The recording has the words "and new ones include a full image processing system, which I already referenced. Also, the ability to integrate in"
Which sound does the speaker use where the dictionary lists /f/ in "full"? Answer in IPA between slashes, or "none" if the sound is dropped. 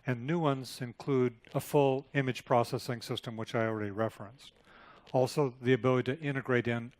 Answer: /f/